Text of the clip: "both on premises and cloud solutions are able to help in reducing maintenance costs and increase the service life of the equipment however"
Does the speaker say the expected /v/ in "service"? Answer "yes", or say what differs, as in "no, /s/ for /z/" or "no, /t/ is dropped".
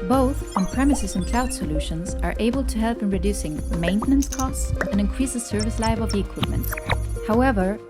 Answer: yes